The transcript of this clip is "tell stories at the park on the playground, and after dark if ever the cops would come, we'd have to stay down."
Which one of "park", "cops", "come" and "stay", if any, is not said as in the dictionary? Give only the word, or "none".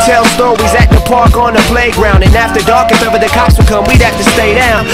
cops